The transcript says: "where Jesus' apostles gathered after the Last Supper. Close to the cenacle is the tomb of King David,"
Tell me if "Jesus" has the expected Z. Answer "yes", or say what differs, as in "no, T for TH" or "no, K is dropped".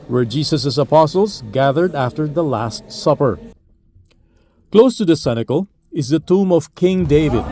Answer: no, S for Z